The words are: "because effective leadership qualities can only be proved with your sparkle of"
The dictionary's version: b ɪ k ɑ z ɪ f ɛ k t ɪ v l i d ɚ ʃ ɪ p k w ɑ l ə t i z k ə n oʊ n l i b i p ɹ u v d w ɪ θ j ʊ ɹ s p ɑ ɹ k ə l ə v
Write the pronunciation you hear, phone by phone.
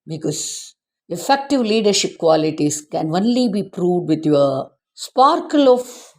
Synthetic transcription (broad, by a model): b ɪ k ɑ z ɪ f ɛ k t ɪ v l i d ɚ ʃ ɪ p k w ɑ l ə t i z k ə n oʊ n l i b i p ɹ u v d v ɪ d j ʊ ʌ s p ɑ ɹ k ə l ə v